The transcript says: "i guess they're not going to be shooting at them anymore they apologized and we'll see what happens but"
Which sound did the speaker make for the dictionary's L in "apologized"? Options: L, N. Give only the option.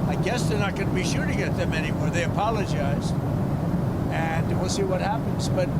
L